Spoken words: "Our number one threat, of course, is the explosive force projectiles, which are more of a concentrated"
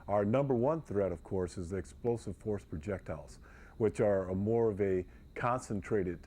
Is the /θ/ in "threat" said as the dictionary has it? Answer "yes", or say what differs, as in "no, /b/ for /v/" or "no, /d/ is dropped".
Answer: yes